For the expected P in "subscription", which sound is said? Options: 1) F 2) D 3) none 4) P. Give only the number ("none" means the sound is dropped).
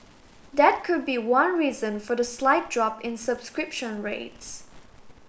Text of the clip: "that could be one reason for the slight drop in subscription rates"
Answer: 4